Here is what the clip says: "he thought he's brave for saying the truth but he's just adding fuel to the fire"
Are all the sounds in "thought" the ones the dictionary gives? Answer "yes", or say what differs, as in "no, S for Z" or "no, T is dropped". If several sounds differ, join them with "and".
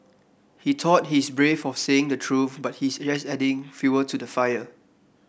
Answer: no, T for TH